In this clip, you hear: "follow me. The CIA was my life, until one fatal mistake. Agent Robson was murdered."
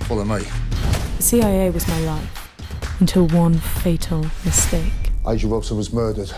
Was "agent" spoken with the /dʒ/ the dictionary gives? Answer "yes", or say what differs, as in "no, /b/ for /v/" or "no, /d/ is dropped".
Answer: no, /dʒ/ is dropped